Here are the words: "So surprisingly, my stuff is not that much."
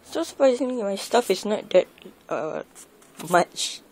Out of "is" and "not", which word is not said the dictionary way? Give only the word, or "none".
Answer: is